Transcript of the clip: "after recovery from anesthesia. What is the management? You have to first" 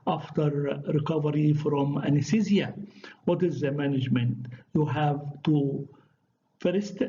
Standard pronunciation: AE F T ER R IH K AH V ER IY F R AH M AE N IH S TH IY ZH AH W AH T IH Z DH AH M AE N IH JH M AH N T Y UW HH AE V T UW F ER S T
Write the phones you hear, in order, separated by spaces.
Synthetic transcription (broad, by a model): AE F T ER R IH K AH V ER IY F R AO M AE N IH S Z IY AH W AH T IH Z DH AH M AE N IH JH M AH N T Y UW HH AE V T UW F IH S T